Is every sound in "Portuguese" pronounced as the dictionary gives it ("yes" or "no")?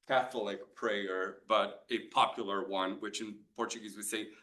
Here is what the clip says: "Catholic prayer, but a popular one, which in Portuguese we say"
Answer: yes